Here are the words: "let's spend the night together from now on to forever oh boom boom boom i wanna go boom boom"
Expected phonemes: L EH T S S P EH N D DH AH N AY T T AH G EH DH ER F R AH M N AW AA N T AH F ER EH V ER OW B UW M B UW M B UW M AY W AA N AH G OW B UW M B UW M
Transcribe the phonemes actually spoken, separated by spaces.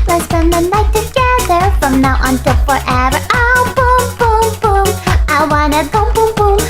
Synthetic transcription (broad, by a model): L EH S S EH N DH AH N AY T T AH G EH DH ER F R AH M N AW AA N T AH F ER EH V ER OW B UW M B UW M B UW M AY W AA N AH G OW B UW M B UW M